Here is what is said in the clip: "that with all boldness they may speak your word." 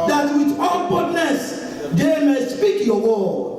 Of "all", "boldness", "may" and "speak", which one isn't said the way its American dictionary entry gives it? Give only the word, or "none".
boldness